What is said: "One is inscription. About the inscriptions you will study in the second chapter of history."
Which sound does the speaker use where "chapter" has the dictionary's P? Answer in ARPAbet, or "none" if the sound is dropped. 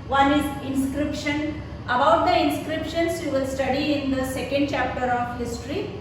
P